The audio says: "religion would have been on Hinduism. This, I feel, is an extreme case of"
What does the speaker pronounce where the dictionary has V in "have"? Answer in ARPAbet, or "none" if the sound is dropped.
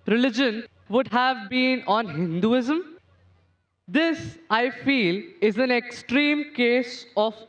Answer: V